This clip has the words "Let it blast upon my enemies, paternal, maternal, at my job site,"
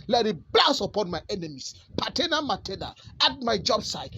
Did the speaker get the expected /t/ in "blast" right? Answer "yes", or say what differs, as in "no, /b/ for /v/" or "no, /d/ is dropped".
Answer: no, /t/ is dropped